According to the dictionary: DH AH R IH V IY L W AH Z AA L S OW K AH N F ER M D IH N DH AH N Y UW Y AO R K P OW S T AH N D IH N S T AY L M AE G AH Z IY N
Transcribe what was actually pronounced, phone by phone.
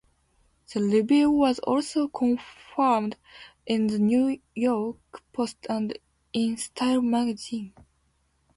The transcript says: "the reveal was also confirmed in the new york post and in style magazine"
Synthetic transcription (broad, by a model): DH AH L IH B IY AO W AH Z AA L S OW K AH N F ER M D IH N DH AH N Y UW Y AO R K P OW S T AH N D IH N S T AY L M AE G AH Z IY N